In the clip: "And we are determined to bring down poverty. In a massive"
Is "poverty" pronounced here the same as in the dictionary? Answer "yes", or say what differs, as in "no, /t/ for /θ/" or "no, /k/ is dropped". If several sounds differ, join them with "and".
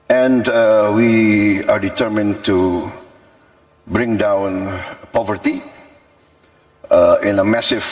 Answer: yes